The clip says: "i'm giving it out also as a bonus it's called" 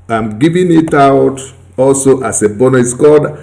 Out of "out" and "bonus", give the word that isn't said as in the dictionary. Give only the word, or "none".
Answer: bonus